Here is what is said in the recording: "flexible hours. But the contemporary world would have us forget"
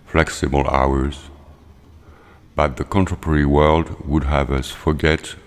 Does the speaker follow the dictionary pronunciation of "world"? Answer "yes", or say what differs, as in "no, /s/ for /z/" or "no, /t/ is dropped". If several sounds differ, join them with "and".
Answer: yes